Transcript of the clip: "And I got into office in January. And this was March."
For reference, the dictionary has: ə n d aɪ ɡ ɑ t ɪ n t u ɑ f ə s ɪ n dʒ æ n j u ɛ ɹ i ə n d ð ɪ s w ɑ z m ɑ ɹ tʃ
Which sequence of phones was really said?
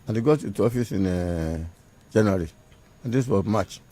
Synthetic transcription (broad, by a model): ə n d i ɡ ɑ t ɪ t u ɑ f ə s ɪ n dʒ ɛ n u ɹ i ə n d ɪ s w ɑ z m ɑ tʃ